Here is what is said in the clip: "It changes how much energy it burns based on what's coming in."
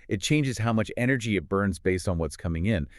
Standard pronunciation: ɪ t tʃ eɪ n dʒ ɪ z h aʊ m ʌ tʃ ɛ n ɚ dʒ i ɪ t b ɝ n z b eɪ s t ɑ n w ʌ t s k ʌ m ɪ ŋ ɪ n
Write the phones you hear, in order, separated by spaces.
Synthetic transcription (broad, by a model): ɪ t tʃ eɪ n dʒ ɪ z h aʊ m ʌ tʃ ɛ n ɚ dʒ i ɪ t b ɝ n z b eɪ s t n w ʌ t s k ʌ m ɪ ŋ ɪ n